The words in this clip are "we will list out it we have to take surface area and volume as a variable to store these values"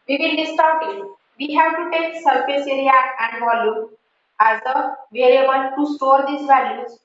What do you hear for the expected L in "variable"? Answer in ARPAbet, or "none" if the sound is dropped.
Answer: N